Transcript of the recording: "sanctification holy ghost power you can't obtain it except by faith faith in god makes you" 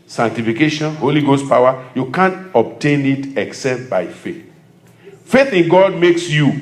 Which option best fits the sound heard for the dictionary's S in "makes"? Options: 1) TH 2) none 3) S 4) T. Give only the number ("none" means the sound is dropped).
3